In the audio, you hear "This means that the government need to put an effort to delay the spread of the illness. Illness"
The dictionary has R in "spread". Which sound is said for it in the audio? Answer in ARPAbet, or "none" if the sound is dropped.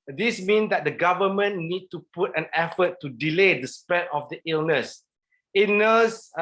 none